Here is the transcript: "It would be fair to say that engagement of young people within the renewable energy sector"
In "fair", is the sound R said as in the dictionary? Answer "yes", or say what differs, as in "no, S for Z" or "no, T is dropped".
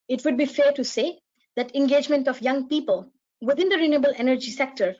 yes